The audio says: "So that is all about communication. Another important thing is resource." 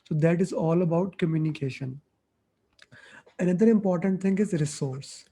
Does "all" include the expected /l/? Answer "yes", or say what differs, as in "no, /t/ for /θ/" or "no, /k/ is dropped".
yes